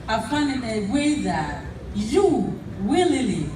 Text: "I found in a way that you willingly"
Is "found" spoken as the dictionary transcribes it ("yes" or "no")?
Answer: no